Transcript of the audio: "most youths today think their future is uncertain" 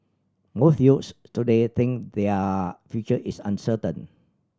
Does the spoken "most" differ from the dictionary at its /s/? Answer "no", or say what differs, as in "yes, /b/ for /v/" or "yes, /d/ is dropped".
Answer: yes, /θ/ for /s/